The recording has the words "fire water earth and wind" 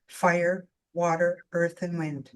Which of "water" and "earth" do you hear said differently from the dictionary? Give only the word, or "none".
none